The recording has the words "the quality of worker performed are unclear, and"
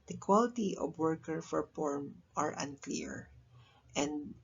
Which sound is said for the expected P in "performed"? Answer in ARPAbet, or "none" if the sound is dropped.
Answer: F